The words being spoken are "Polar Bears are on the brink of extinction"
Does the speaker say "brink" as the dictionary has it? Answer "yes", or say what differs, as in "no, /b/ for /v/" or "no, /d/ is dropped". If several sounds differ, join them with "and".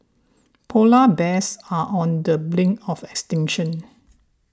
no, /l/ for /ɹ/ and /k/ is dropped